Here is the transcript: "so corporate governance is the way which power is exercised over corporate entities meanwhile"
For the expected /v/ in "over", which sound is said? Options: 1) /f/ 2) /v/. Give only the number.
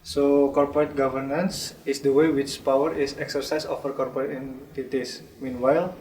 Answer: 1